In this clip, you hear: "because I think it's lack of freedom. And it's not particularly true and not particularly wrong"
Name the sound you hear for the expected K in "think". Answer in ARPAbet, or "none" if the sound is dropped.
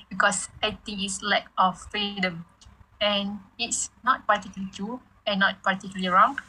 none